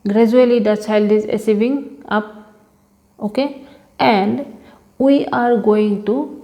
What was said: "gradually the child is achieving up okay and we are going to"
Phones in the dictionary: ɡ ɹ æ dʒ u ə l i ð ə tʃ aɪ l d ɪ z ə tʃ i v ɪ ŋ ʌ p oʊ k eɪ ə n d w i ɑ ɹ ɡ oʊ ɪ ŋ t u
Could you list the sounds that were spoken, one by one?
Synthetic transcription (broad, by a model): ɡ ɹ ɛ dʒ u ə l i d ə tʃ aɪ l d ɪ z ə s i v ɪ ŋ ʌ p oʊ k eɪ ə n d w i ɑ ɹ ɡ oʊ ɪ ŋ t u